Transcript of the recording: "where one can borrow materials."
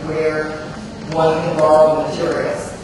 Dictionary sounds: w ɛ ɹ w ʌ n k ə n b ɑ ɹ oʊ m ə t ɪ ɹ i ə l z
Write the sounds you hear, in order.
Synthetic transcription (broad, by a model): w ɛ ɹ w ʌ n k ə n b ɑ l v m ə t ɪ ɹ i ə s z